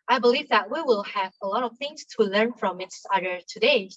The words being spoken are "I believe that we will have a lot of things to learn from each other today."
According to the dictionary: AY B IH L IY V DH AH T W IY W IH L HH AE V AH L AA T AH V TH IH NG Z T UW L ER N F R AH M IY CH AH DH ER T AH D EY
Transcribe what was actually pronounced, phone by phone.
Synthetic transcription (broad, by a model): AY B IH L IY V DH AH T W IY W IH L HH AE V AH L AA T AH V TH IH NG S T UW L ER N F R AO M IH S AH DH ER T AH D EY